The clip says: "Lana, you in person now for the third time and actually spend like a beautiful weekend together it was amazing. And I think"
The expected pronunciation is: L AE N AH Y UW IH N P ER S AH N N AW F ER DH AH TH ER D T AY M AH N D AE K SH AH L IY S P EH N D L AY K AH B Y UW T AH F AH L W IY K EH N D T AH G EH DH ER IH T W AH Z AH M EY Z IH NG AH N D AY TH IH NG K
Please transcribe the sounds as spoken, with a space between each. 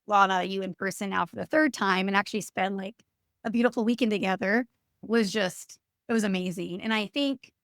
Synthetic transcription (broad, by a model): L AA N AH Y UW IH N P ER S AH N N AW F ER DH AH TH ER D T AY M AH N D AE K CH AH L IY S P EH N D L AY K AH B Y UW T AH F L W IY K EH N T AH G EH DH ER IH T W AH Z AH M EY Z IH NG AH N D AY TH IH NG K